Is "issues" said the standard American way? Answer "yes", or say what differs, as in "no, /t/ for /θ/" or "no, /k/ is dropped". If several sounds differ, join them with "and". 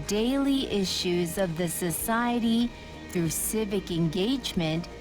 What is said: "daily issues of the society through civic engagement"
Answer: yes